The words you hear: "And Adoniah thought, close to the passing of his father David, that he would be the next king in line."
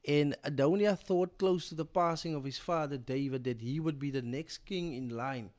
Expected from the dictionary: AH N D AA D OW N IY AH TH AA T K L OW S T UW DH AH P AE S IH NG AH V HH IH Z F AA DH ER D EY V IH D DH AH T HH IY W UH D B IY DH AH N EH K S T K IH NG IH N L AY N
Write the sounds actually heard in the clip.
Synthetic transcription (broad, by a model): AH N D AA D OW N IY AH TH AA T K L OW S T UW DH AH P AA S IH NG AH V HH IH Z F AA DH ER D EY V IH D DH AH T HH IY W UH D B IY DH AH N EH K S T K IH NG IH N L AY N